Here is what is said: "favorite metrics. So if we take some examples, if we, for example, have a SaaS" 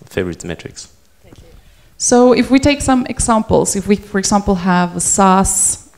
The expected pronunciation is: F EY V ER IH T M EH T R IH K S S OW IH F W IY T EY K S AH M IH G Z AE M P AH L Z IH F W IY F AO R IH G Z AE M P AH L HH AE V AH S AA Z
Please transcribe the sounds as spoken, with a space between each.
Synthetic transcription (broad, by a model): F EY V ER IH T M EH T R IH K S S OW IH F W IY T EY K S AH M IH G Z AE M P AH L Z IH F W IY F AO R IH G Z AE M P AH L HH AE V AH S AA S